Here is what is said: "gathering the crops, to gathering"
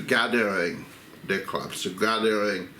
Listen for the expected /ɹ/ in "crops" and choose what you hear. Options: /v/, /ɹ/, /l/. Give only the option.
/l/